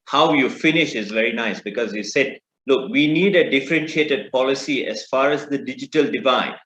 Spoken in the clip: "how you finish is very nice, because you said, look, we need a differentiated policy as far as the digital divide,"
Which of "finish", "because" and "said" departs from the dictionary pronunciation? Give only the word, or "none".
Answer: none